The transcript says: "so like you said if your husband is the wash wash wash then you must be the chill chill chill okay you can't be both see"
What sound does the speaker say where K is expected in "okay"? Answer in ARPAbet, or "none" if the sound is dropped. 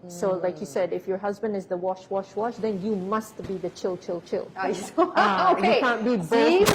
none